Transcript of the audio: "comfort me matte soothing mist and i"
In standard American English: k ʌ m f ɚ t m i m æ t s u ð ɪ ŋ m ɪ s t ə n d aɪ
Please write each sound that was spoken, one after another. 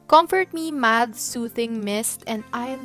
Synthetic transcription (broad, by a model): k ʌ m f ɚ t m i m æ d s u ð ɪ ŋ m ɪ s t ə n d aɪ